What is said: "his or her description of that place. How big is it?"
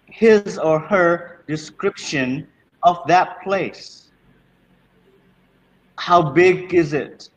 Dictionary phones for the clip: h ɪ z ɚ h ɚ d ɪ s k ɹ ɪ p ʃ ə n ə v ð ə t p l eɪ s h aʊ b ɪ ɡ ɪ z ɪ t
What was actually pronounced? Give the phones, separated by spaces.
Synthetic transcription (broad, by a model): h ɪ z ɚ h ɚ d ɪ s k ɹ ɪ p ʃ ə n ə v ð ə t p l eɪ s h aʊ b ɪ ɡ ɪ z ɪ t